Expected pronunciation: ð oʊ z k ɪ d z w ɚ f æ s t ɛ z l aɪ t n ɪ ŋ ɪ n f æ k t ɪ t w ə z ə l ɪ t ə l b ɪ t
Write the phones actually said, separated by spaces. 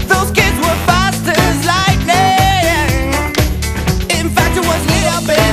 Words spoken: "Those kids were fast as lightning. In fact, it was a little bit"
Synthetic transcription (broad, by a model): ð oʊ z k ɪ d z w ɚ f æ s t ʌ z l aɪ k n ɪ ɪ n f æ k t ɪ t w ə z ə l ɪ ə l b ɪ